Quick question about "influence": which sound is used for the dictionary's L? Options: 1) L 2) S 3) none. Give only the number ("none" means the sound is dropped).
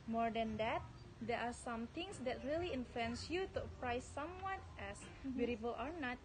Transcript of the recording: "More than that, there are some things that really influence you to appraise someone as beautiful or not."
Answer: 3